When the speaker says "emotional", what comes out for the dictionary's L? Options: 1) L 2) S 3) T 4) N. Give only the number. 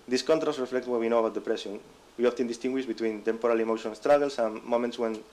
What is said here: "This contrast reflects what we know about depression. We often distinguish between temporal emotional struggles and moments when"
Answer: 4